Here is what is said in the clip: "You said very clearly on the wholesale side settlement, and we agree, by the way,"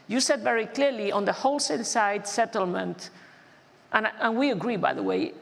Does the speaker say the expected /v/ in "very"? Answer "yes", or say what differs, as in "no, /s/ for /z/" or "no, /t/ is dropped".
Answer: yes